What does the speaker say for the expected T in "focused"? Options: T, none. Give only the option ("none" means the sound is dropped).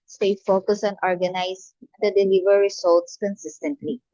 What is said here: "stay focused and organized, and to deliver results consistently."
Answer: none